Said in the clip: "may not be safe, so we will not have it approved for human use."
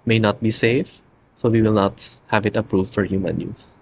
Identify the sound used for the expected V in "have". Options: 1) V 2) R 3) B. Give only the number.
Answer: 1